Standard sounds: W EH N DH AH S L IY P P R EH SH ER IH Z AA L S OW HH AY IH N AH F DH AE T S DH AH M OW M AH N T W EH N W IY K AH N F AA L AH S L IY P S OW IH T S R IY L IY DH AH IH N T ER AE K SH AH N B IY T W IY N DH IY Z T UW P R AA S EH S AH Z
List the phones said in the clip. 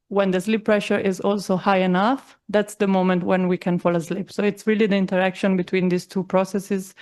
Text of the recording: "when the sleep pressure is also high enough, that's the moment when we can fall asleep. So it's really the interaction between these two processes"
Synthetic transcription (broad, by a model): W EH N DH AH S L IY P P R EH SH ER IH Z AA L S OW HH AY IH N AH F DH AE T S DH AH M OW M AH N T W EH N W IY K AH N F AA L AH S L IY P S OW IH T S R IY L IY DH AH IH N T ER AE K SH AH N B IY T W IY N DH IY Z T UW P R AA S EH S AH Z